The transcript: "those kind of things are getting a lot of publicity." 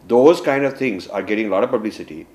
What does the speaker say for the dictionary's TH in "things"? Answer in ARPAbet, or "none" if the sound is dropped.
T